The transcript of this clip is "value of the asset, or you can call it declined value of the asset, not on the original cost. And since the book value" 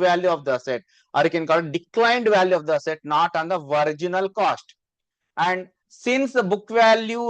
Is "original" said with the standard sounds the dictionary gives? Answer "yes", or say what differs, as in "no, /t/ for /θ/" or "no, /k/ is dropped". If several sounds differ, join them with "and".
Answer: yes